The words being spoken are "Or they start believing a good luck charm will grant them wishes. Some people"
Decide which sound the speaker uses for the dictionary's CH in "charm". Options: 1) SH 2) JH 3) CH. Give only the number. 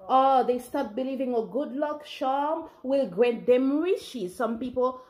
1